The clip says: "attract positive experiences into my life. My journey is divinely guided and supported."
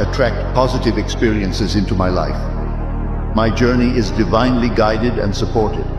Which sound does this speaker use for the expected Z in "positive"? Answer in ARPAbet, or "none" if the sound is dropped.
Z